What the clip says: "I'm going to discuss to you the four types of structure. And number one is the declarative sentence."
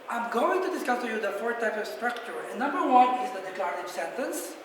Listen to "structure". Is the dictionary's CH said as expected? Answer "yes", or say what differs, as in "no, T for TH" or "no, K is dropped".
yes